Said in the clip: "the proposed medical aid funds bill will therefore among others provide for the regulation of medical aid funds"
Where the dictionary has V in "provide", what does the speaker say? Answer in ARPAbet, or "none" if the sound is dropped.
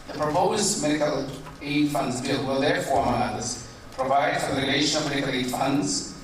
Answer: V